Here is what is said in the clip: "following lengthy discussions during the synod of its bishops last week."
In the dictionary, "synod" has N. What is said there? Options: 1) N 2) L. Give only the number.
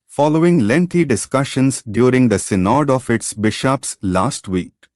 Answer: 1